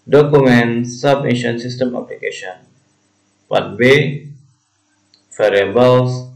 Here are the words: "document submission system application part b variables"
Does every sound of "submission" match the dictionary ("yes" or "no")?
no